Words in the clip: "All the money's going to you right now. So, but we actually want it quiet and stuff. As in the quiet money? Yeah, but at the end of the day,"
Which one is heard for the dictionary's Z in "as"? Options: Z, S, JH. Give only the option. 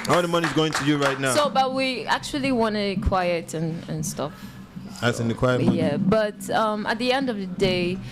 S